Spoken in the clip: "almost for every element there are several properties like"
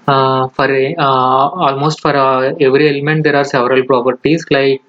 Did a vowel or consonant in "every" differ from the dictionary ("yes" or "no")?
no